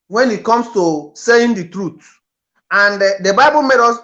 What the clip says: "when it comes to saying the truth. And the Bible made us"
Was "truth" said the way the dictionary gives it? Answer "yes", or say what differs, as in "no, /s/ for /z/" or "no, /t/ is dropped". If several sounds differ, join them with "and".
no, /t/ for /θ/